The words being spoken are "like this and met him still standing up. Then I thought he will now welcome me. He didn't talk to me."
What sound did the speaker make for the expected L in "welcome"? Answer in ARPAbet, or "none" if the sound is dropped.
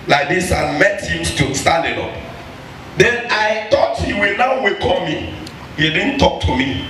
none